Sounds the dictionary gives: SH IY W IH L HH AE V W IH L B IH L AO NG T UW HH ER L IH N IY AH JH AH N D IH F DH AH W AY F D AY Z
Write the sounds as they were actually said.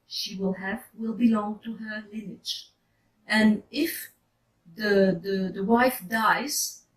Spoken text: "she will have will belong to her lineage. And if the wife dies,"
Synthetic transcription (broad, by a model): SH IY W IH L HH AE V W IH L B IH L AO NG T UW HH ER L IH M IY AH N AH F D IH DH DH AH W AY F D AY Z